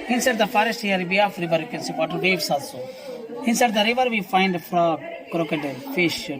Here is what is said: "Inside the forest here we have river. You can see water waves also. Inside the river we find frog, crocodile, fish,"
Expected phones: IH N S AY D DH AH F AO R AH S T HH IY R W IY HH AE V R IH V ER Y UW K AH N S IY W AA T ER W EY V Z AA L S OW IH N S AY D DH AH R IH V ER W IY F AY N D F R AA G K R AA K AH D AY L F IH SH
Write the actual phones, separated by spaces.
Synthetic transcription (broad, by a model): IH N S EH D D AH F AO R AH S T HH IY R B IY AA F R IH V ER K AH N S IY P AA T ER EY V S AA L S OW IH N S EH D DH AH R IH V ER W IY F AY N D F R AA K R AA K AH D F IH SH